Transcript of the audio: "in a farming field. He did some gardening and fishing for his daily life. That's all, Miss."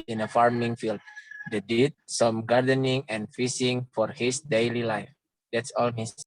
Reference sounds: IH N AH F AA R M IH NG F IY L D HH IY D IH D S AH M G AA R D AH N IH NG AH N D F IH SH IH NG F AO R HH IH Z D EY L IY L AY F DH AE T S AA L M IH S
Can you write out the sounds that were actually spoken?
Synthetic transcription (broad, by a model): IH N AH F AA R M IH NG F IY L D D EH D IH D S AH M G AA R D AH N IH NG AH N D F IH S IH NG F AO R HH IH S D EY L IY L AY F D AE T S AA L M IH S